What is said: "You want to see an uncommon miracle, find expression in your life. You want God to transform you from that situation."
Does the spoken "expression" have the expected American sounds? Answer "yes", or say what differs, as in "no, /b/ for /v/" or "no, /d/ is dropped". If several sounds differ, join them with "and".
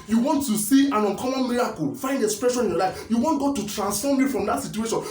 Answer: yes